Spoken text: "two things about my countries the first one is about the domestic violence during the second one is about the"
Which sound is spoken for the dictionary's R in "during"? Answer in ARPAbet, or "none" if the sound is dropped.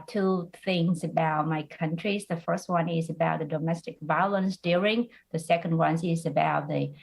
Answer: R